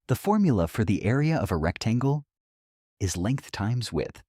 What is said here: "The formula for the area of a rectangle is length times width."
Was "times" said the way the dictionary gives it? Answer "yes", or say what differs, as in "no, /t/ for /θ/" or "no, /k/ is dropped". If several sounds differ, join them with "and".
yes